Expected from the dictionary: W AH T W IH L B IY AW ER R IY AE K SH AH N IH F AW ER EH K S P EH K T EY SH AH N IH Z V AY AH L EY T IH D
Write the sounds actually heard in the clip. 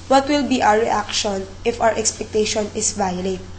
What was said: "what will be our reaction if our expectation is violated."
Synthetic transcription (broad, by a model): W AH T W IH L B IY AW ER R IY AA K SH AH N IH F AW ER EH K S P EH K T EY SH AH N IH S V AY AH L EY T